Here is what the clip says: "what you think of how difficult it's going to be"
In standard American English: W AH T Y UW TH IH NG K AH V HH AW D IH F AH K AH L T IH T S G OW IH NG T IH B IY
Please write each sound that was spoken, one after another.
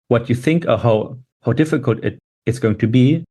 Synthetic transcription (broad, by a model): W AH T Y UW TH IH NG K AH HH HH AW D IH F AH K AH L T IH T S G OW IH NG T IH B IY